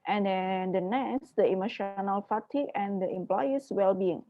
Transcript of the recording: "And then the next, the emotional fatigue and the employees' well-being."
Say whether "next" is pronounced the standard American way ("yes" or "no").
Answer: no